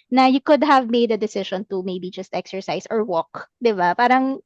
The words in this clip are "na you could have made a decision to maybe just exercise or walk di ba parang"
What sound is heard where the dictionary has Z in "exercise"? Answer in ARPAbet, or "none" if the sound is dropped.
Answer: S